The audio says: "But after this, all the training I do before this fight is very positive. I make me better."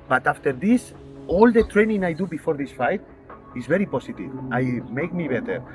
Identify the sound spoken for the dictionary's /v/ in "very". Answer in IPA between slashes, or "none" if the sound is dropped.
/b/